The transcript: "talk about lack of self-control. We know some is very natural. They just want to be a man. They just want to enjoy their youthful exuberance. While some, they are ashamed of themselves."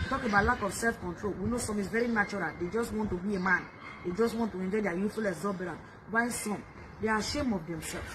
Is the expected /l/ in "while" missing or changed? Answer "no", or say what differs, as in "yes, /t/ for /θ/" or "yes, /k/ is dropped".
yes, /n/ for /l/